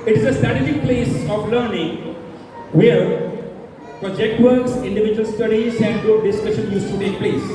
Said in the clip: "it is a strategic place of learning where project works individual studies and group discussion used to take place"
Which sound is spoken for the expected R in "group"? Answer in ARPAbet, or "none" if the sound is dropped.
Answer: none